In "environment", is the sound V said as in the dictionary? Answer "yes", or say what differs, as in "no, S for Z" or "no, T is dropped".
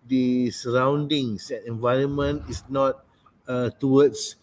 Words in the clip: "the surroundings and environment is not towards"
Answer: yes